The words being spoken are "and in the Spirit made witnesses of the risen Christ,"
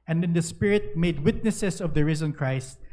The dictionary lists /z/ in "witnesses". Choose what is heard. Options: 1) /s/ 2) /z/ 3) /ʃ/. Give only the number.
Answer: 1